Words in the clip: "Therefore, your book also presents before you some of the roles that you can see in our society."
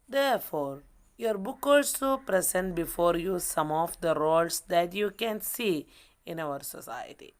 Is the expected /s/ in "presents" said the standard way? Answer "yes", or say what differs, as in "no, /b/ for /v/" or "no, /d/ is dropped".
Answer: no, /s/ is dropped